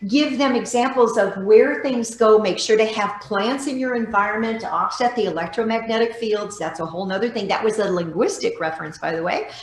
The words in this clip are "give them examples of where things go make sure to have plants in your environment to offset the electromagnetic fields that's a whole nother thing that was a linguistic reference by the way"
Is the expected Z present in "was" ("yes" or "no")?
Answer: yes